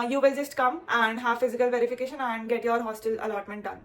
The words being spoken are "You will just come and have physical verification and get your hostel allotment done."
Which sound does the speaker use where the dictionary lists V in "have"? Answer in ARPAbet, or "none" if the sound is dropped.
V